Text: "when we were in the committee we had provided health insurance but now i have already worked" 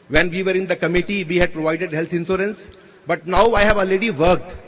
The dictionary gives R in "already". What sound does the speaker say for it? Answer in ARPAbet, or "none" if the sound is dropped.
none